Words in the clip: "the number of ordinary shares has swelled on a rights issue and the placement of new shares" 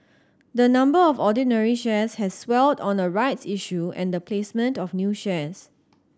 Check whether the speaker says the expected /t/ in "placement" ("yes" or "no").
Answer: yes